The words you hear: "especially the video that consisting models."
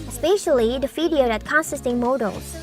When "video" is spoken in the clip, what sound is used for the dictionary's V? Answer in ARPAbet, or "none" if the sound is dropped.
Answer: F